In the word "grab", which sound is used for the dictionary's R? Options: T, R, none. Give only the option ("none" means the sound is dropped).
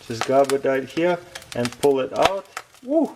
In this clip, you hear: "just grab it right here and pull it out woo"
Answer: none